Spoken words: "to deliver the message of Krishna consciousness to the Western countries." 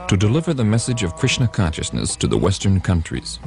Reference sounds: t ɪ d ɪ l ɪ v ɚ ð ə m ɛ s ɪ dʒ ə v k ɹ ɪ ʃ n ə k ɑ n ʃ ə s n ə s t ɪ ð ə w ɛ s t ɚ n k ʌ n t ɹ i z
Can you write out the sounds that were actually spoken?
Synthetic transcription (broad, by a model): t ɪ d ɪ l ɪ v ɚ ð ə m ɛ s ɪ dʒ ə v k ɹ ɪ ʃ n ə k ɑ n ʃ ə s n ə s t ɪ ð ə w ɛ s t ɚ n k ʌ n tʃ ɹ i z